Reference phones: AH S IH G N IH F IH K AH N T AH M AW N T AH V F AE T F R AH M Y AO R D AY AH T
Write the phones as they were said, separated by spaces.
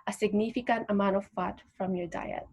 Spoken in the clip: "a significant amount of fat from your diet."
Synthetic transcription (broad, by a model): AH S IH G N IH F IH K AH N T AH M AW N AH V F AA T F R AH M Y AO R D AY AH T